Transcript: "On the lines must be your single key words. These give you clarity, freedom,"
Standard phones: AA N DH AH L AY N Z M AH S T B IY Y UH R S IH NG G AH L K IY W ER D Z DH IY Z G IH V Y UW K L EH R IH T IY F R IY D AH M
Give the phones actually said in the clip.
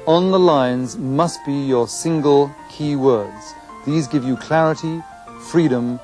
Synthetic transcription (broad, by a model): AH N DH AH L AY N Z M AH S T B IY Y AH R S IH NG G AH L K IY W ER D Z DH IY Z G IH V Y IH K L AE R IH T IY F R IY D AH M